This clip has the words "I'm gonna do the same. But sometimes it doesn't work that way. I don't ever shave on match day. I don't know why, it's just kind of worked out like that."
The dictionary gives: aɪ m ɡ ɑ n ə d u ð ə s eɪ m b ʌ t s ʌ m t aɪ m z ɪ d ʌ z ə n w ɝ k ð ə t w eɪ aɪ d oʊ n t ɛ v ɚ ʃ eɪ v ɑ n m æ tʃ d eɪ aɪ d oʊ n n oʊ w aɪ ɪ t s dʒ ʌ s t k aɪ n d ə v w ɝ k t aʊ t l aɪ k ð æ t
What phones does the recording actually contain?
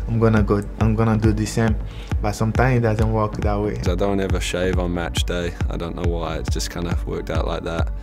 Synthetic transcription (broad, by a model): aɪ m ɡ ɑ n ə d u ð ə s eɪ m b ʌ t s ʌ m t aɪ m ɪ d ʌ z ə n w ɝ k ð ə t w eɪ aɪ d oʊ n t ɛ v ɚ ʃ eɪ v n m æ tʃ d eɪ aɪ d oʊ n n oʊ w aɪ ɪ t s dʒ ʌ s k aɪ n d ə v w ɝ k t aʊ t l aɪ k ð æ t